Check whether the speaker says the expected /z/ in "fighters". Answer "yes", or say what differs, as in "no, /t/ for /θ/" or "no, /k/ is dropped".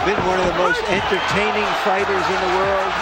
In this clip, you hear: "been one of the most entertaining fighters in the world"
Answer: yes